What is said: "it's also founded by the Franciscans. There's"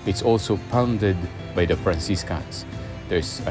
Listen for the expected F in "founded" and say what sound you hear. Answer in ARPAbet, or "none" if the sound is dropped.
P